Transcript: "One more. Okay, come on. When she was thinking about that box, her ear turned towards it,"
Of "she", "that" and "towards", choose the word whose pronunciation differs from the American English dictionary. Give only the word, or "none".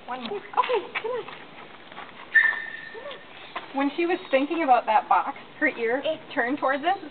none